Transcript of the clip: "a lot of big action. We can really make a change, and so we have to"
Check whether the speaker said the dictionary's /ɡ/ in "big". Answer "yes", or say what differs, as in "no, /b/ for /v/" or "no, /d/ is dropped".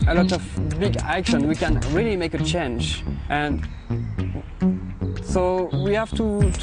yes